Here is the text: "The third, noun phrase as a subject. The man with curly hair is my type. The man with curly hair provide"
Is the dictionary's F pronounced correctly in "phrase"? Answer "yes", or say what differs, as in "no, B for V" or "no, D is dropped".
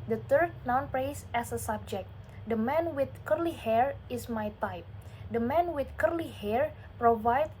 no, P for F